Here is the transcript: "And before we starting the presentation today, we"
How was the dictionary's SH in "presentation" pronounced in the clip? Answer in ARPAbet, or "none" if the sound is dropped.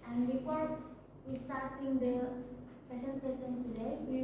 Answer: S